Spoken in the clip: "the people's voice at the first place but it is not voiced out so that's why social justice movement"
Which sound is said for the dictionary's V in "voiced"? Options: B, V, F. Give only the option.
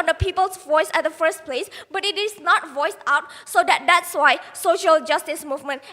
V